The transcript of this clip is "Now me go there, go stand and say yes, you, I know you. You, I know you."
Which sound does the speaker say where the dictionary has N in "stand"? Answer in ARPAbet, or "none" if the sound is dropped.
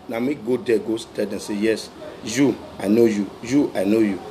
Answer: none